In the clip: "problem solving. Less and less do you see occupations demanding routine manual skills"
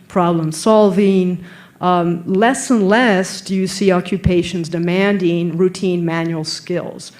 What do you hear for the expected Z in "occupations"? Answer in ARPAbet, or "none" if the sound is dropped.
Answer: Z